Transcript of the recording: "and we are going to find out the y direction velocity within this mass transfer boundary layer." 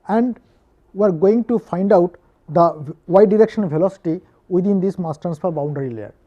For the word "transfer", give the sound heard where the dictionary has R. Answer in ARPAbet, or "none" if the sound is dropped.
none